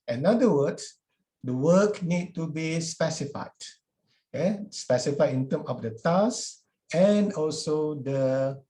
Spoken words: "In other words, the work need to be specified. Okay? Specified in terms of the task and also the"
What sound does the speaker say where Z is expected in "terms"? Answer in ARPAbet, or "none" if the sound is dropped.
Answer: none